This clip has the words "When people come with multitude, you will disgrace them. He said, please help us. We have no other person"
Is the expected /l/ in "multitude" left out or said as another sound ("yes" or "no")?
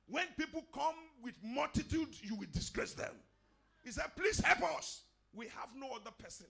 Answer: no